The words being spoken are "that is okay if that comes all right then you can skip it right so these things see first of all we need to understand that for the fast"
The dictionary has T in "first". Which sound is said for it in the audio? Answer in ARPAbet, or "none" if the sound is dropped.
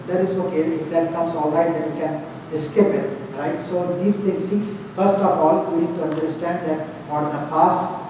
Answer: T